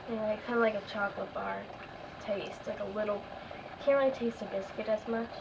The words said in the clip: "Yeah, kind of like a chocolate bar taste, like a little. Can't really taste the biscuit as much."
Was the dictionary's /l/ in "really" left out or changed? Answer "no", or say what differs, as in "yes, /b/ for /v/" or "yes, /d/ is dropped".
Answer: yes, /l/ is dropped